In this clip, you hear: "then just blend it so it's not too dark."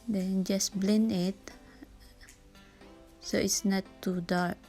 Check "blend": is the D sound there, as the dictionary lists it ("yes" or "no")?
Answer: no